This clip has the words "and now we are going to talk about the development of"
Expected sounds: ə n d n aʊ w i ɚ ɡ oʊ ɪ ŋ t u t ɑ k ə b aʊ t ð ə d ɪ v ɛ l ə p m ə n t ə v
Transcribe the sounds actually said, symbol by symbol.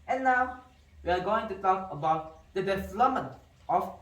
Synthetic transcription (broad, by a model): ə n n aʊ w i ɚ ɡ oʊ ɪ ŋ t u t ɑ k ə b aʊ t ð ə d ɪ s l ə m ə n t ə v